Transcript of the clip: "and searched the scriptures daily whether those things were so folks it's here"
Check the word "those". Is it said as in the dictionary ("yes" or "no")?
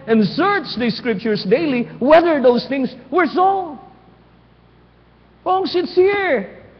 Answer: no